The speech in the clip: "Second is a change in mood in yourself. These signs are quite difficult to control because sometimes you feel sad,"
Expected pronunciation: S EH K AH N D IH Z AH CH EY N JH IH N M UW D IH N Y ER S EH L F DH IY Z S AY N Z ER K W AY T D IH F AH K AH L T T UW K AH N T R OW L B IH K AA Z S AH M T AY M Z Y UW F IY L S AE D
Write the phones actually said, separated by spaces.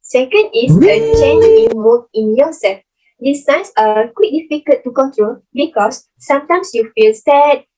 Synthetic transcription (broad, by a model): S EH K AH N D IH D AH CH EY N IH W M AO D IH N Y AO S EH L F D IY S AY N S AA K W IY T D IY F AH K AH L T T UW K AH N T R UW B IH K AA S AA M T AY M S Y UW F IY L S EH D